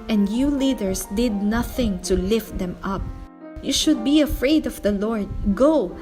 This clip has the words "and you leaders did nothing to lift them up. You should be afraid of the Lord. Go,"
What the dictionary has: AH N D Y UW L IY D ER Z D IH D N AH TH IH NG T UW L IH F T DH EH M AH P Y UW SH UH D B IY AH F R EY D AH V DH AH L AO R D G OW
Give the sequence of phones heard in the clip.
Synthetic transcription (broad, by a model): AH N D Y UW L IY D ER S D IH D N AH TH IH NG T UW L IH F T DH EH M AH P Y UW SH UH D B IY AH F R EY D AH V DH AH L AO R D G OW